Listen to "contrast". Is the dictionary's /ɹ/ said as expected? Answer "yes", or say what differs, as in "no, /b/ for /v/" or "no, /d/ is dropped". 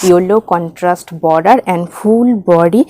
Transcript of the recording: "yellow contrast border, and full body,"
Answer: yes